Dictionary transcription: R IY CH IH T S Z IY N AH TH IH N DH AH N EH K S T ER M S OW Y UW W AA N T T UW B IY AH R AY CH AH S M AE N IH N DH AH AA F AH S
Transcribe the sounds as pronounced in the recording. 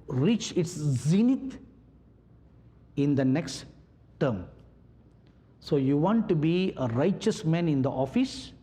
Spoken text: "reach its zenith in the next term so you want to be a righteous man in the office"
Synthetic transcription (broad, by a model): R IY CH IH T S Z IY N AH T IH N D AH N EH K S T ER M S OW Y UW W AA N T T UW B IY AH R AY CH AH S M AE N IH N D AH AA F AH S